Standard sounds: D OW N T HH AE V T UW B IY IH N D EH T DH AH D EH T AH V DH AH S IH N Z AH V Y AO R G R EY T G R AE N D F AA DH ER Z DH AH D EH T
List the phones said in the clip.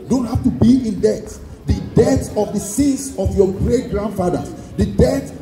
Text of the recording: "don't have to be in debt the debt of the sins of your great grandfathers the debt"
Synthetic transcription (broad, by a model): D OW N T HH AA F T UW B IY IH N D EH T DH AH D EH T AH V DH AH S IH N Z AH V Y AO G R EY T G R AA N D F AA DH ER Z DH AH D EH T